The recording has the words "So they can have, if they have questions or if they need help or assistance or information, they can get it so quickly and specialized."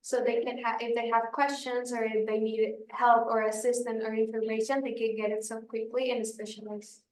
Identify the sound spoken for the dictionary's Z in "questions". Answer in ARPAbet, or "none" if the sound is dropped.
Z